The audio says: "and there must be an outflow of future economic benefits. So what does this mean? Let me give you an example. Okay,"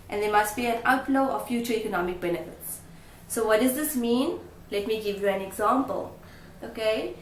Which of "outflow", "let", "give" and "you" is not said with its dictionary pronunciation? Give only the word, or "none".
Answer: outflow